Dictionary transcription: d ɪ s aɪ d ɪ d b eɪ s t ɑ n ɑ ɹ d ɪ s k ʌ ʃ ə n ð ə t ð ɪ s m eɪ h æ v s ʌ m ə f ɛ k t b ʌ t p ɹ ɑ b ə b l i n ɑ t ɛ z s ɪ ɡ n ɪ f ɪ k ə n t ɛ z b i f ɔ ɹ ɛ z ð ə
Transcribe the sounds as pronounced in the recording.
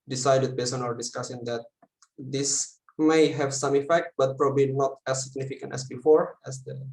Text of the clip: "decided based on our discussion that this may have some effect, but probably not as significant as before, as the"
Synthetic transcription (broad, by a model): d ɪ s aɪ d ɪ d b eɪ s ɑ n ɑ ɹ d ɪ s k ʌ s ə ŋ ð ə t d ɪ s m eɪ h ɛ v s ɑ m ə f ɛ k t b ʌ t p ɹ ɑ b ə b l i n ɑ t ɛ s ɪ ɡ n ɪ f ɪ k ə n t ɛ s b i f ɔ ɹ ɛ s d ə